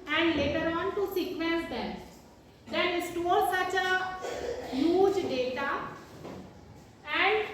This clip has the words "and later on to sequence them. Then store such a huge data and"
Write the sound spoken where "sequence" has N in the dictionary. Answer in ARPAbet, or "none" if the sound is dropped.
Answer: none